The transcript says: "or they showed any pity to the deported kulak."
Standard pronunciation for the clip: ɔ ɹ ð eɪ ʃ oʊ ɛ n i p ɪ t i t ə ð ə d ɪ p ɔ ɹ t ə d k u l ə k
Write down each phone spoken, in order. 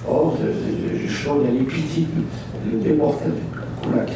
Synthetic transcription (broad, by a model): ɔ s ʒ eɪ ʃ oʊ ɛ l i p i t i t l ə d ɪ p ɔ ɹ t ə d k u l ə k